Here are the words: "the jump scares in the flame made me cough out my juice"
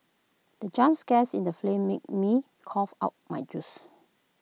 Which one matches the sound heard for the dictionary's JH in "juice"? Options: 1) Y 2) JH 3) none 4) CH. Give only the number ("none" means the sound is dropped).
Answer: 2